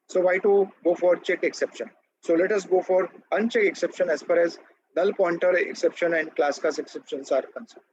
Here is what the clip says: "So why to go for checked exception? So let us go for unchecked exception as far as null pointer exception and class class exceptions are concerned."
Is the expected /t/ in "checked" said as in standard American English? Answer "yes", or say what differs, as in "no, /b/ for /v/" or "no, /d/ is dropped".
no, /t/ is dropped